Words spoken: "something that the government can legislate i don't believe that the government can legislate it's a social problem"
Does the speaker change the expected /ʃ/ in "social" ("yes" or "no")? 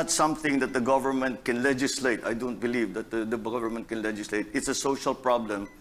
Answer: no